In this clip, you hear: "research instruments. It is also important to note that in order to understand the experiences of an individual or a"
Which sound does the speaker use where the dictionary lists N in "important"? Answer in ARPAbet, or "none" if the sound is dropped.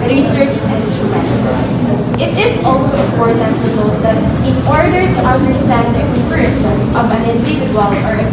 none